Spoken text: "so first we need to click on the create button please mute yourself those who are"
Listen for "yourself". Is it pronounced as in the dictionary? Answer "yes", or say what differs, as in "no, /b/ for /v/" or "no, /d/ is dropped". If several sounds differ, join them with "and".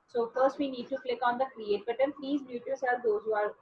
no, /l/ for /ɹ/